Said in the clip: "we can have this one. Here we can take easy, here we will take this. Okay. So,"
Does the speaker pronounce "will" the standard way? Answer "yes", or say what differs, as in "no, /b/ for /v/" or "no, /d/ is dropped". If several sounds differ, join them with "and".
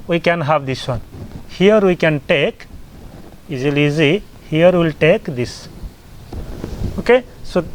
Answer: yes